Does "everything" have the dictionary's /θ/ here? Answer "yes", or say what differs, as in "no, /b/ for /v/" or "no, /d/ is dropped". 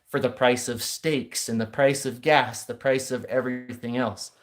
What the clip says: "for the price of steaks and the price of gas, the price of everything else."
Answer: yes